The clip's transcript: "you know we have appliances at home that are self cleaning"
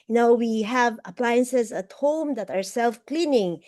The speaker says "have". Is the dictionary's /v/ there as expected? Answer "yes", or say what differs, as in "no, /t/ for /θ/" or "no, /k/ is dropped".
yes